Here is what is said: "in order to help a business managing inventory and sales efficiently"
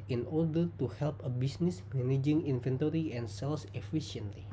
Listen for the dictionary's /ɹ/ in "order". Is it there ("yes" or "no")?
yes